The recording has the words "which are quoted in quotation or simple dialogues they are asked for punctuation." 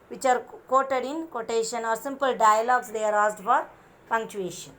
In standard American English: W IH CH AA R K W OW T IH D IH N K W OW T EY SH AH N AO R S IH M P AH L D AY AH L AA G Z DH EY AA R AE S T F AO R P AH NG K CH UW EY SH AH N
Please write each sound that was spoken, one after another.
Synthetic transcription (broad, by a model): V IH CH AA R K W OW T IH D IH N K OW T EY SH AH N AO R S IH M P AH L D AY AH L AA G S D EY AA R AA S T F AO R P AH NG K CH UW EY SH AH N